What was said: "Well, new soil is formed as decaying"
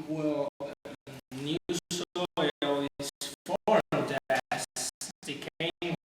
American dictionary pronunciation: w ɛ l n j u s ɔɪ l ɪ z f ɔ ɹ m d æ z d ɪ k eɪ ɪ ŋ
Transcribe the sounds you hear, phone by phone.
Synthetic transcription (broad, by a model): w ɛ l n j u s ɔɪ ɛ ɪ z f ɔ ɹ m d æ s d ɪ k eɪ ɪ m